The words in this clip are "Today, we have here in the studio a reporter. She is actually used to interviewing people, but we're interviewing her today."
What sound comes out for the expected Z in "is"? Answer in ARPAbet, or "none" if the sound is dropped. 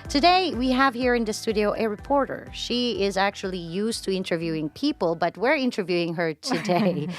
Z